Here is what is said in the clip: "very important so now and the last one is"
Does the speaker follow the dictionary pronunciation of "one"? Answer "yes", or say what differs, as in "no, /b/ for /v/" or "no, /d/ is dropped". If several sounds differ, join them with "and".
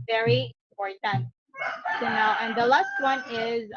yes